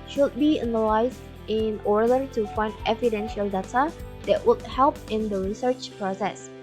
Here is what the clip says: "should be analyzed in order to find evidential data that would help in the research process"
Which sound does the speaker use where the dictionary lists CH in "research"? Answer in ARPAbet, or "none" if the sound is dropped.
CH